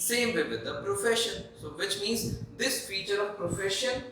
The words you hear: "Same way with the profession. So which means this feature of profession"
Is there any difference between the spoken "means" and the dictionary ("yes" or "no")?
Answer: no